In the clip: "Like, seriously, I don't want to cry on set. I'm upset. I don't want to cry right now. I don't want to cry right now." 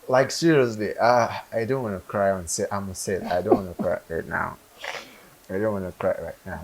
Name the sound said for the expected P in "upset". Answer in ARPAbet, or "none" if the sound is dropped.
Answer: none